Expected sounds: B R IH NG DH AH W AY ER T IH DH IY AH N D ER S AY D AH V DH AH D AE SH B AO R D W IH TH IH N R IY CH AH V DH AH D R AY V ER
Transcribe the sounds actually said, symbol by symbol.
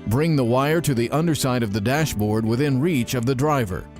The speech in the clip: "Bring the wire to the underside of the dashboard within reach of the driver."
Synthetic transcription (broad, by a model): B R IH NG DH AH W AY ER T IH DH IY AH N D ER S AY D AH V DH AH D AE SH B AO R D W IH TH IH N R IY CH AH V DH AH D R AY V ER